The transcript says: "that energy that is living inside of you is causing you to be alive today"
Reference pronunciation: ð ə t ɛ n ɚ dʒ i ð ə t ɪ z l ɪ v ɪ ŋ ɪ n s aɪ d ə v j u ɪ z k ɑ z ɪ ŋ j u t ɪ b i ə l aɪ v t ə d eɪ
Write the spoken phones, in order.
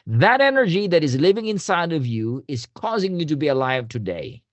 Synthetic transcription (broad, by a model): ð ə t ɛ n ɚ dʒ i ð ə t ɪ z l ɪ v ɪ ŋ ɪ n s aɪ d ə v j u ɪ z k ɑ z ɪ ŋ j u t ɪ b i ə l aɪ v t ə d eɪ